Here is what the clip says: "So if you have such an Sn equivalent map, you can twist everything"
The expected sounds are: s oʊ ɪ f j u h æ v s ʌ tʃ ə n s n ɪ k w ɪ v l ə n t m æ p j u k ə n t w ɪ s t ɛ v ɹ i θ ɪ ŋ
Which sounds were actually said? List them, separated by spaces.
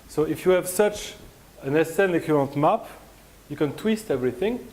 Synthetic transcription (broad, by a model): s oʊ ɪ f j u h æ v s ʌ tʃ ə n s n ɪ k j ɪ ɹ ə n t m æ p j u k ə n t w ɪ s t ɛ v ɹ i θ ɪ ŋ